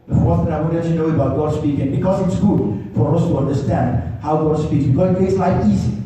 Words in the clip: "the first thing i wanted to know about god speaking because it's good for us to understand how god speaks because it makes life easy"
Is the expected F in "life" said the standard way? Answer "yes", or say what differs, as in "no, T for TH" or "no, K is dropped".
no, F is dropped